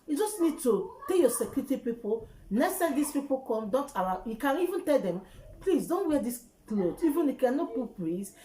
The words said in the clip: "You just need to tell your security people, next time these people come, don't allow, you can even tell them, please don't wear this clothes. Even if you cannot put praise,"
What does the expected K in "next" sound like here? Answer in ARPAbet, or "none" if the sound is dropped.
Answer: none